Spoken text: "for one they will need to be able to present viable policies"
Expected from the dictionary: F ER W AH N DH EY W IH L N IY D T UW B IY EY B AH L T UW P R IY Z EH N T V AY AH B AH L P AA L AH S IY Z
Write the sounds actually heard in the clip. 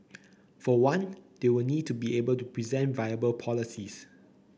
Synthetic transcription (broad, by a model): F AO W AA N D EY W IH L N IY D T UW B IY EY B AH L T UW P R IY Z EH N T V AY AH B AH L P AA L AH S IY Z